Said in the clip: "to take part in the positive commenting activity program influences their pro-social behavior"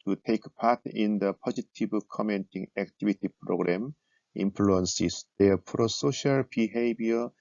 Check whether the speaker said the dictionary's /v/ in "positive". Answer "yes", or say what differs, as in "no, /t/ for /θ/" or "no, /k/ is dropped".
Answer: no, /b/ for /v/